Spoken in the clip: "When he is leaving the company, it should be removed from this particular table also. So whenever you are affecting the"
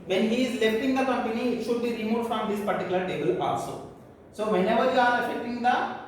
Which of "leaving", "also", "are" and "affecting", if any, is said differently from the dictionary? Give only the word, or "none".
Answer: leaving